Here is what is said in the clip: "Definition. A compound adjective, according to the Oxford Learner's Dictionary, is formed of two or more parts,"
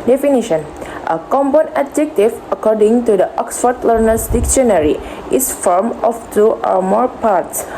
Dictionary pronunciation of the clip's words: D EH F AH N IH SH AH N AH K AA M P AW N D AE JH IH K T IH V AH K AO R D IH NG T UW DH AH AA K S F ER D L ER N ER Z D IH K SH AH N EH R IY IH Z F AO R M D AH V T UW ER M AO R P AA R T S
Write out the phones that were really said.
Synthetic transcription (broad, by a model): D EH F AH N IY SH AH N AH K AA M B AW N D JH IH K T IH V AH K AO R D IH NG T UW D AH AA K S F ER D L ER N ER S D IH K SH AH N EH R IY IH S F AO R M AH F T UW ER M AO R P AA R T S